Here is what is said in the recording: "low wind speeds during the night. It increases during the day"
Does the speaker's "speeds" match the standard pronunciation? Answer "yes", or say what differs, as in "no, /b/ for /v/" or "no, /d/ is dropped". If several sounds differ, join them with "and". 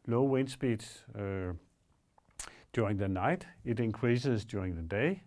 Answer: no, /b/ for /p/